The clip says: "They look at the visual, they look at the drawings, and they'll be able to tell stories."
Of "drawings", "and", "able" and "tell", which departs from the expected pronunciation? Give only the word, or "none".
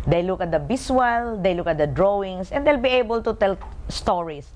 drawings